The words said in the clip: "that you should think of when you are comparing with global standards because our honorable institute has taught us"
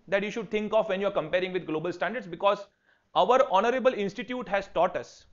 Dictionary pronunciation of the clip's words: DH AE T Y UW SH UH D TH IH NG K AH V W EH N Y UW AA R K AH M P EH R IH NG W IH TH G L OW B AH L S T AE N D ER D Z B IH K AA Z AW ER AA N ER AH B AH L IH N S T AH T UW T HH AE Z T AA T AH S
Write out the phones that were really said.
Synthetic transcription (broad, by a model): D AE T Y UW SH UH D T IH NG K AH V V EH N Y UW AA R K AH M P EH R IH NG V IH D G L OW B AH L S T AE N D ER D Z B IH K AA Z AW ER AA N ER AH B AH L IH N S T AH T UW T HH AE Z T AA T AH S